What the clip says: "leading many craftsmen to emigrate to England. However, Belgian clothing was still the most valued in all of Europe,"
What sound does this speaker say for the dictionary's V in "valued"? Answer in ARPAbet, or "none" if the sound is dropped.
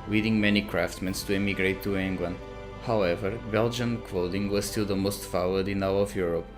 F